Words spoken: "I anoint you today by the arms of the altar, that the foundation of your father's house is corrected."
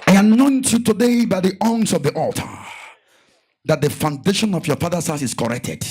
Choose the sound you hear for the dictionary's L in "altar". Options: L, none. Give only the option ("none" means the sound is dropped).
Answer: L